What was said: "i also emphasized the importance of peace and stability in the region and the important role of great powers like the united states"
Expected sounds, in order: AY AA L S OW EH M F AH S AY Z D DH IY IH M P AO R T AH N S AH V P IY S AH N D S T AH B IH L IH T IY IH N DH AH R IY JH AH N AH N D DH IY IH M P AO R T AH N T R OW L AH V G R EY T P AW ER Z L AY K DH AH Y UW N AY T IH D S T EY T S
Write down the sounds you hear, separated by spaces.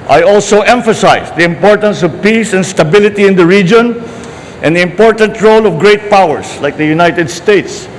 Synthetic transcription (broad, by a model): AY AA L S OW EH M F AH S AY S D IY IH M P AO R T AH N S AH V P IY S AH N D S T AH B IH L IH T IY IH N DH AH R IY JH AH N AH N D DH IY IH M P AO R T AH N T R OW L AH V G R EY T P AW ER S L AY K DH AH Y UW N AY T IH D S T EY T S